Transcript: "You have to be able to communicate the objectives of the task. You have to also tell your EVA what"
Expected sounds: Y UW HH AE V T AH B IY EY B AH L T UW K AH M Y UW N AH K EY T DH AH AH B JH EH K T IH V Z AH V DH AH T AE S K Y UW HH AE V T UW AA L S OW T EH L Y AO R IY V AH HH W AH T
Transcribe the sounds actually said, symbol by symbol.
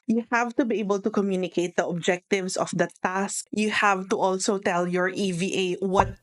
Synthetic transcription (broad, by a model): Y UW HH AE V T AH B IY EY B AH L T UW K AH M Y UW N AH K EY T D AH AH B JH EH K T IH V S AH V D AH T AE S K Y UW HH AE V T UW AA L S OW T EH L Y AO R IY V AH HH W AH T